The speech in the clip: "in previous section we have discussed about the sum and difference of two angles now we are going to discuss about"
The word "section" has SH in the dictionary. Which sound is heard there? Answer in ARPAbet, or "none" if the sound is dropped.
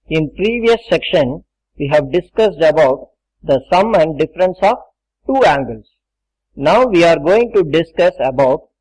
SH